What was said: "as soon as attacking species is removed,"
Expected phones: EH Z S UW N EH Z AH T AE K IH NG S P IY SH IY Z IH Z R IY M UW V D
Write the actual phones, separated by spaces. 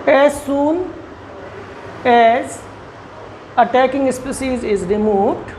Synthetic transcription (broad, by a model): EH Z S UW N EH Z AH T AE K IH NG S P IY S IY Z IH Z R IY M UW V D